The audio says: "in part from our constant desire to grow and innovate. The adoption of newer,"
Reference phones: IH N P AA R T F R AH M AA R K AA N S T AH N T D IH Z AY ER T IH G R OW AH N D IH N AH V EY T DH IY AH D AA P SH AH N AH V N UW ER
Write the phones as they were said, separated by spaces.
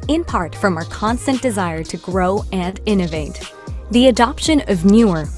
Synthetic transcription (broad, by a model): IH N P AA R T F R AH M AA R K AA N S T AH N D IH Z AY ER T IH G R OW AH N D IH N AH V EY T DH IY AH D AA P SH AH N AH V N UW ER